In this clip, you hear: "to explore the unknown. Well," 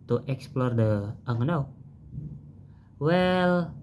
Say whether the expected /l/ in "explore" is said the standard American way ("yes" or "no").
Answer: yes